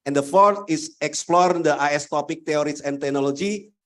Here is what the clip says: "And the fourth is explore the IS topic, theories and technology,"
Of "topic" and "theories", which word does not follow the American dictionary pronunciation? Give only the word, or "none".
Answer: theories